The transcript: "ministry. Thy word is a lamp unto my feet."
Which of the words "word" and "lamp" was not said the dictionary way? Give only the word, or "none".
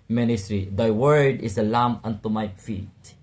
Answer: lamp